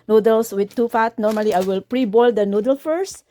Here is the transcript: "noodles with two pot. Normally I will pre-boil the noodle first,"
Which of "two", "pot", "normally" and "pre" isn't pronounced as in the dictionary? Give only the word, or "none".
pot